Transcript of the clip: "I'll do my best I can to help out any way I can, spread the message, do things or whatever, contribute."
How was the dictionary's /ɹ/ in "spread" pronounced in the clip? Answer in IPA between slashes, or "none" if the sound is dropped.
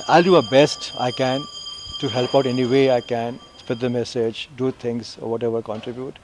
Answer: none